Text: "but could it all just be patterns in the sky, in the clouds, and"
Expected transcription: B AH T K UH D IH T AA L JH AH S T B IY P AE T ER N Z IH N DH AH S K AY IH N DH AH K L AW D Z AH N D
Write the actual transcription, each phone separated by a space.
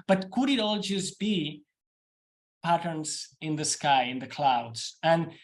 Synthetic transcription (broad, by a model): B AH T K UH D IH T AA L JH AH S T B IY P AE T ER N Z IH N DH AH S K AY IH N DH AH K L AW D Z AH N